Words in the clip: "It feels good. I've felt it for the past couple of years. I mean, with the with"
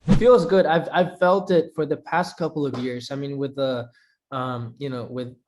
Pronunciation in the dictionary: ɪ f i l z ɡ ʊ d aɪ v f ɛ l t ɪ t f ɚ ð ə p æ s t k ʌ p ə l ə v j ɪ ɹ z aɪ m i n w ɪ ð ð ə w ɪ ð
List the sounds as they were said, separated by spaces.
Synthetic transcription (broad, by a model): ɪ f i l z ɡ ʊ d aɪ v f ɛ l t ɪ t f ɚ ð ə p æ s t k ʌ p l ə v j ɪ ɹ z aɪ m i n w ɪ ð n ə w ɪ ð